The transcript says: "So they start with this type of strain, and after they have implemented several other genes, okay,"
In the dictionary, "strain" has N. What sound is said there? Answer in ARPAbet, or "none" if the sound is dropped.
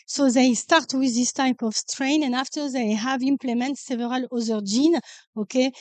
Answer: N